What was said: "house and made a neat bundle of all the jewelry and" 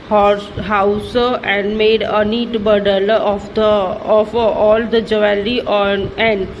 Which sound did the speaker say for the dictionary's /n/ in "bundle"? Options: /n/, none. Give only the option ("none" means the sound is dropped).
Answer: none